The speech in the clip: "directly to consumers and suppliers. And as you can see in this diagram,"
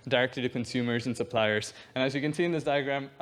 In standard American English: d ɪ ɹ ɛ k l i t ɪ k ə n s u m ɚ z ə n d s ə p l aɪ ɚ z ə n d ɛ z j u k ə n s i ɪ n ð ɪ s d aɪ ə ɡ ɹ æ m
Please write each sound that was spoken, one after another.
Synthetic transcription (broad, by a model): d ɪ ɹ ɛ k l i t ɪ k ə n s u m ɚ z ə n s ə p l aɪ ɚ z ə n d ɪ z j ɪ k ə n s i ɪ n ð ɪ s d aɪ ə ɡ ɹ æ m